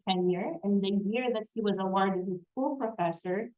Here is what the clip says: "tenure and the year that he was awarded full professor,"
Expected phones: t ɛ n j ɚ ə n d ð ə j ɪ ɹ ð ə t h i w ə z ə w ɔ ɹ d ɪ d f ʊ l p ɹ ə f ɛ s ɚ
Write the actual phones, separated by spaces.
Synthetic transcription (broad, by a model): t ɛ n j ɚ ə n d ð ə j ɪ ɹ ð ə t h i w ə z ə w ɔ ɹ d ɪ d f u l p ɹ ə f ɛ s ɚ